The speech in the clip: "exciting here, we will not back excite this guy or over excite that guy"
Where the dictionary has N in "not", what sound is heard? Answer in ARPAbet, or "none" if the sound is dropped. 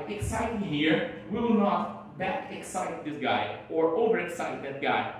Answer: N